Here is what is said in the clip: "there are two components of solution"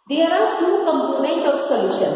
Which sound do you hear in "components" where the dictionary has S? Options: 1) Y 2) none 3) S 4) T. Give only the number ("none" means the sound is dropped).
2